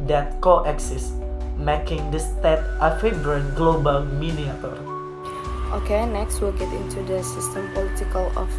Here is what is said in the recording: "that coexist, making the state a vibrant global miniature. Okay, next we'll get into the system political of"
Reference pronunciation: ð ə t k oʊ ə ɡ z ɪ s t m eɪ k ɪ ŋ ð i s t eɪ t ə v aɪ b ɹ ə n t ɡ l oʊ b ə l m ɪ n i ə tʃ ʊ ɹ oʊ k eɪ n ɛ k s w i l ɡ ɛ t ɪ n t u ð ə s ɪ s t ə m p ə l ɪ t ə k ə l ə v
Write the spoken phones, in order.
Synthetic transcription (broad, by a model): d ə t k oʊ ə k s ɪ s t m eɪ k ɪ ŋ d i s t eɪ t ə f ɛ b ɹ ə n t ɡ l oʊ b ə l m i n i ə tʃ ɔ ɹ oʊ k eɪ n ɛ k s w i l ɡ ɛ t ɪ n t u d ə s ɪ s t ə m p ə l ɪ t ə k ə l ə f